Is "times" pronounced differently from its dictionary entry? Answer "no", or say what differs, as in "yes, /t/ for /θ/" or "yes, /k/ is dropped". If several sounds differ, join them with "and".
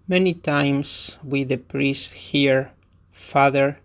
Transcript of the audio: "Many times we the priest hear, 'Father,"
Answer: yes, /s/ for /z/